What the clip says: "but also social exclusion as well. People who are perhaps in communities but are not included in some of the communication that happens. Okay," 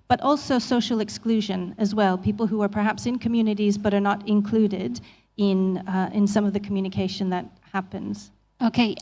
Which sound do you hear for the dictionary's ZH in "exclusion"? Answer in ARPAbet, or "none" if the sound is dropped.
ZH